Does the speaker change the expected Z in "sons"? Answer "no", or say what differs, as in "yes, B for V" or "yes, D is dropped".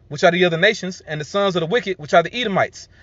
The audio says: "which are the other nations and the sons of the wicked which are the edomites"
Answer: no